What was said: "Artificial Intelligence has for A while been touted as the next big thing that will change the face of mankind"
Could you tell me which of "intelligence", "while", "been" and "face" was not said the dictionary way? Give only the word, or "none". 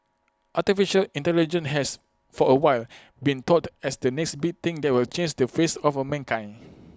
intelligence